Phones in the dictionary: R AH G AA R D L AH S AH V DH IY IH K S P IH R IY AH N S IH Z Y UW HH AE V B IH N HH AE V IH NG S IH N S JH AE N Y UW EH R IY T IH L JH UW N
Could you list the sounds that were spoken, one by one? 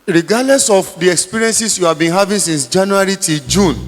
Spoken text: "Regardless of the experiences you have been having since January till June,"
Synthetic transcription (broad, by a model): R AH G AA D L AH S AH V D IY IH K S P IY R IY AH N S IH S Y UW HH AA V B IH N HH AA V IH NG S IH N S JH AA N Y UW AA R IY T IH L JH UW N